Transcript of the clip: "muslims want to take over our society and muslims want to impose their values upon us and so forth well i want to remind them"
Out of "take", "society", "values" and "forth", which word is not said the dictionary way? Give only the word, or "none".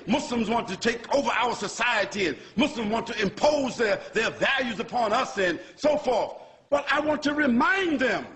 none